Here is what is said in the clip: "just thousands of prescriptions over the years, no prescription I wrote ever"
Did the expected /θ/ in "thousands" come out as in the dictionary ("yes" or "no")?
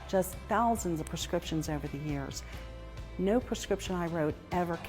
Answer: yes